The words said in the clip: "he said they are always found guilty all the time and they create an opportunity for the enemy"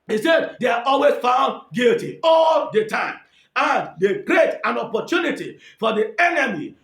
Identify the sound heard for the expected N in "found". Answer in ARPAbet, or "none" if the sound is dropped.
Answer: N